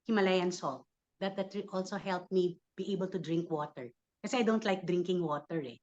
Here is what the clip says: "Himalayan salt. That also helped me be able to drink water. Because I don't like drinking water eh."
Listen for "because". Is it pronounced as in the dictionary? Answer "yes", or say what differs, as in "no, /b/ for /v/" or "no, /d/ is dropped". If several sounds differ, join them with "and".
no, /z/ is dropped